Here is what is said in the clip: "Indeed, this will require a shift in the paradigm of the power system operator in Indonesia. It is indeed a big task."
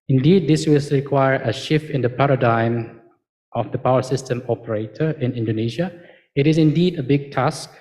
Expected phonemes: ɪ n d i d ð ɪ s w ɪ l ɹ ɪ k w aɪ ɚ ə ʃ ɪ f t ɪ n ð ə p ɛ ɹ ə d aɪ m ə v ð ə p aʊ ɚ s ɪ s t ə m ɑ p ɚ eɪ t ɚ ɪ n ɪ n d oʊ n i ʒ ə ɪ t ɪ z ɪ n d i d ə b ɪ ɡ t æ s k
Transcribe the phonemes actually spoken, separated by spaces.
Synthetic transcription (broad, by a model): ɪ n d i d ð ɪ s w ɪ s ɹ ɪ k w aɪ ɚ ə ʃ ɪ f t ɪ n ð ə p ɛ ɹ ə d aɪ m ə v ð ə p aʊ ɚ s ɪ s t ə m ɑ p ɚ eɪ t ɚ ɪ n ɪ n d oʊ n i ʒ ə ɪ t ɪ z ɪ n d i d ə b ɪ ɡ t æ s k